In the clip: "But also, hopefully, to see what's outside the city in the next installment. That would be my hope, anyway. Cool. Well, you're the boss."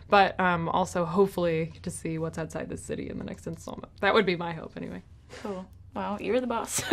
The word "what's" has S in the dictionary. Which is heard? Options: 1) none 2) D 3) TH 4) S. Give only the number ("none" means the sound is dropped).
4